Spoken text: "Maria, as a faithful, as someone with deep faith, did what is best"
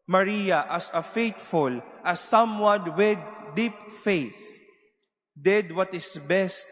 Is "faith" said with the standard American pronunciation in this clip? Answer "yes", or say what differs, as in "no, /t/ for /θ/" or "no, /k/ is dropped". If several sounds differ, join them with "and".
yes